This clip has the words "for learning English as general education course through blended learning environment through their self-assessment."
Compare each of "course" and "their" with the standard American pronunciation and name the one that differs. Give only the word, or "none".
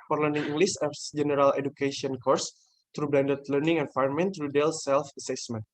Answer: their